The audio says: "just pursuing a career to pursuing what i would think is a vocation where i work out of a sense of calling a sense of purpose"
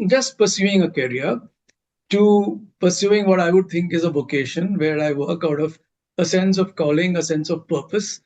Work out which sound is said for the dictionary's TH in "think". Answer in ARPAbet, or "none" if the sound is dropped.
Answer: T